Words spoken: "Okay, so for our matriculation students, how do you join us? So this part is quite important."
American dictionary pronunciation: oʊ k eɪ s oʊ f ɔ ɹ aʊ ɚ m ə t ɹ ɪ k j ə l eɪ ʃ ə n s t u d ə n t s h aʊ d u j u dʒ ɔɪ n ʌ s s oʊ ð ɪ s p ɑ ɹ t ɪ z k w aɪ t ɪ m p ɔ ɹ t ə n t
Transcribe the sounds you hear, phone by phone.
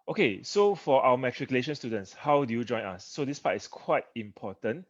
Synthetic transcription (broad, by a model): oʊ k eɪ s oʊ f ɔ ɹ aʊ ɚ m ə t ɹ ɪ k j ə l eɪ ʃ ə n s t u d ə n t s h aʊ d u j u dʒ ɔɪ n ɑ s s oʊ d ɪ s p ɑ t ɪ s k w aɪ t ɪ m p ɔ t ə n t